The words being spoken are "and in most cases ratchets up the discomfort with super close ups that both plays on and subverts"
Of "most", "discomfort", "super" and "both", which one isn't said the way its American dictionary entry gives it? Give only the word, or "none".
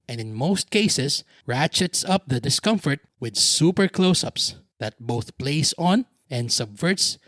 none